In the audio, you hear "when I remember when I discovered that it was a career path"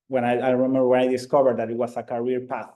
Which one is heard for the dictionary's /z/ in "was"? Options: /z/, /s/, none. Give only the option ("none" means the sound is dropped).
/s/